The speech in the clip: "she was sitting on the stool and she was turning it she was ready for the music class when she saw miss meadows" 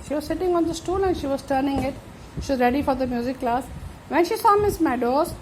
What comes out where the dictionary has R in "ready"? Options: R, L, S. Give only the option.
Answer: R